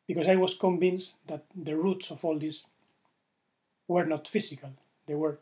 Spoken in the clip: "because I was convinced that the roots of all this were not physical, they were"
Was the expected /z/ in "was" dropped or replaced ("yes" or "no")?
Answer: yes